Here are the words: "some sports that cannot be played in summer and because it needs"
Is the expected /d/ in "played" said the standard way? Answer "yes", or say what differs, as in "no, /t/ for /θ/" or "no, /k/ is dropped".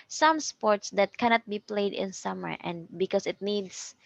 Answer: yes